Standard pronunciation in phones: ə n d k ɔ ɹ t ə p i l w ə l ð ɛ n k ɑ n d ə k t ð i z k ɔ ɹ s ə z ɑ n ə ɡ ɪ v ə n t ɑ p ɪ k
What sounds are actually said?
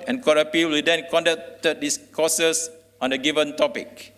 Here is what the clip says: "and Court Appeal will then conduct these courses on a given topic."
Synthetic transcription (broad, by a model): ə n k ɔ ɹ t ə p i l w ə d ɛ n k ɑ n d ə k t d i s k ɔ s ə s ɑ n ə ɡ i v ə n t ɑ p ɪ k